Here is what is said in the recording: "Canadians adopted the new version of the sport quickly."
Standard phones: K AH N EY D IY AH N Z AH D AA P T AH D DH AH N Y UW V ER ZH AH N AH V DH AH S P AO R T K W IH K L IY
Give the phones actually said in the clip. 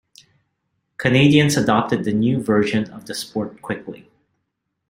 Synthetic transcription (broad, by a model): K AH N EY D IY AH N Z AH D AA P T AH D DH AH N Y UW V ER ZH AH N AH V DH AH S P AO R T K W IH K L IY